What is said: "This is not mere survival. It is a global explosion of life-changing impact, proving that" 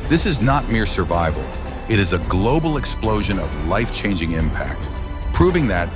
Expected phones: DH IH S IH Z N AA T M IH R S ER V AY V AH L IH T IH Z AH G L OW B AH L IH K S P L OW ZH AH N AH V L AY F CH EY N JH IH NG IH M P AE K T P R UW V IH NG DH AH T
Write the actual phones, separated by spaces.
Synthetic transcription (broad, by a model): DH IH S IH Z N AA T M IH R S ER V AY V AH L IH T IH Z AH G L OW B L IH K S P L OW ZH AH N AH V L AY F CH EY N JH IH NG IH M P AE K T P R UW V IH NG DH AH T